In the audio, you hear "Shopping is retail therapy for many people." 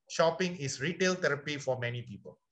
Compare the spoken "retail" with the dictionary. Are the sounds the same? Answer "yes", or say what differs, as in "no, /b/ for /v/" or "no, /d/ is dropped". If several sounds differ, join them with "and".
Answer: yes